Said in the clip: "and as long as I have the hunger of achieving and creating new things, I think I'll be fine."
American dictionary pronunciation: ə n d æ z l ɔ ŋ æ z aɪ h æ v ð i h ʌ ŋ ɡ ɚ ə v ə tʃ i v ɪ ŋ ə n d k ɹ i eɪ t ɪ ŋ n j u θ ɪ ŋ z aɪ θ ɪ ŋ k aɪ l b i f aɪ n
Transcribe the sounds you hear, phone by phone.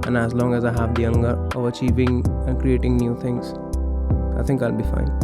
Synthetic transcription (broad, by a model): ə n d æ z l ɔ ŋ æ z aɪ h æ v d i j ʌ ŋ ɡ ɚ ə v ə tʃ i v ɪ ŋ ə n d k ɹ i eɪ t ɪ ŋ n j u t ɪ ŋ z aɪ t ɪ ŋ k aɪ l b i f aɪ n